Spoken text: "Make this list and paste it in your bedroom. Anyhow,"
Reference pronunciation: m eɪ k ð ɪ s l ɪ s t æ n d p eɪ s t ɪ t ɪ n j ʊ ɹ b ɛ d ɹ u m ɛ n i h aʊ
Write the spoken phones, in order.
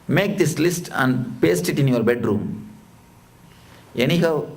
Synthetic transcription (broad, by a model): m eɪ k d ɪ s l ɪ s t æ n d p eɪ s t ɪ t ɪ n j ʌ ɹ b ɛ d ɹ u m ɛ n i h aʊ